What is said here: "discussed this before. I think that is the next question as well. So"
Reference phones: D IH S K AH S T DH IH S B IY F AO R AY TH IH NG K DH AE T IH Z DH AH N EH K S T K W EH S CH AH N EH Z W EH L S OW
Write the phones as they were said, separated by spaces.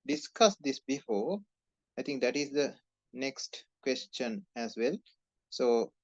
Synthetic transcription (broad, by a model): D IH S K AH S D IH S B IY F AO AY T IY NG K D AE T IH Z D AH N EH K S T K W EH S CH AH N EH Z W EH L S OW